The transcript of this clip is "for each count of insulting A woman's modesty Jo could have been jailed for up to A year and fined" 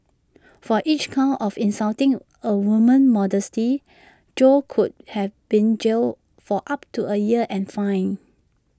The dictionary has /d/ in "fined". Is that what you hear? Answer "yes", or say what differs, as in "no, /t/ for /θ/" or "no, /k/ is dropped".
no, /d/ is dropped